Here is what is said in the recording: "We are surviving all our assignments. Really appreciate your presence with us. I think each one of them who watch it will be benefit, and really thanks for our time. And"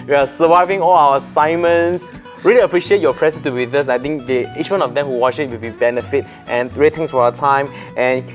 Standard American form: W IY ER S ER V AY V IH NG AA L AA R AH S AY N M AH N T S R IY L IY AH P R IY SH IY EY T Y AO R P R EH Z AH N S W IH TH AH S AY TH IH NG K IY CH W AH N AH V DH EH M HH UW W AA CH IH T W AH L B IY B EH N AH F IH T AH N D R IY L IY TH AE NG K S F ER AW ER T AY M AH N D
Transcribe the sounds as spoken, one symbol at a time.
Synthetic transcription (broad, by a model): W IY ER S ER V AY V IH NG AA L AA W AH S AY M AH N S R IY L IY AH P R IY SH IY EY T Y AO P R EH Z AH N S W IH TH AH S AY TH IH NG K IY CH W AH N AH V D EH M HH UW W AA CH IH T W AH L B IY B EH N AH F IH T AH N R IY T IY NG S F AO AW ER T AY M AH N